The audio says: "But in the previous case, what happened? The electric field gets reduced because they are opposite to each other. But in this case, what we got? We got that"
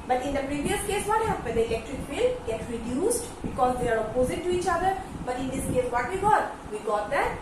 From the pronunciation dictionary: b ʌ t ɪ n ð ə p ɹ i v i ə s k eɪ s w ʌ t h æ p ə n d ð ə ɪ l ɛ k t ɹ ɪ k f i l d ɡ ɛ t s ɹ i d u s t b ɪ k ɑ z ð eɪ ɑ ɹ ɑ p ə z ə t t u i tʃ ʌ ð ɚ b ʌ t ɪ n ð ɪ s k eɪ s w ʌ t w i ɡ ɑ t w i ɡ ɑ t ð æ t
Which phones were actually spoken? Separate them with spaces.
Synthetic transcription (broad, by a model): b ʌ t ɪ n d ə p ɹ i v i ə s k eɪ s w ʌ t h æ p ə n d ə ɪ l ɛ k t ɹ ɪ k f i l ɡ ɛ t ɹ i d u s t b ɪ k ɑ z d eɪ ɑ ɹ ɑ p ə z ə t t u i tʃ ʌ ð ɚ b ʌ t ɪ n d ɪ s k eɪ s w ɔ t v i ɡ ɑ t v i ɡ ɑ t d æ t